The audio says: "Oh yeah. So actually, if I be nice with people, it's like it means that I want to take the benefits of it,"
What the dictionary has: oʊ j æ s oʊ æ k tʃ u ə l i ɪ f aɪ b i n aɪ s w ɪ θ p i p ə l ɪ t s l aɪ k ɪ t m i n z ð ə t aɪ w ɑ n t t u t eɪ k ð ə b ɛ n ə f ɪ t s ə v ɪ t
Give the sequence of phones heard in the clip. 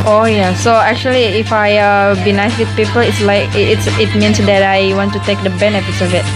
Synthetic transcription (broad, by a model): oʊ j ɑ s oʊ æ k tʃ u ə l i ɪ f aɪ b i n aɪ s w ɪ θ p i p ə l ɪ t s l aɪ k ɪ t m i n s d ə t aɪ w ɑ n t t u t eɪ k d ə b ɛ n ə f ɪ t s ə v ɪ t